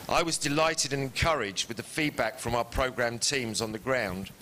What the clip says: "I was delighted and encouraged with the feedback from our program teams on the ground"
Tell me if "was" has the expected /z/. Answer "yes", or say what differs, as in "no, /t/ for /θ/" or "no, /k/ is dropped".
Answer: yes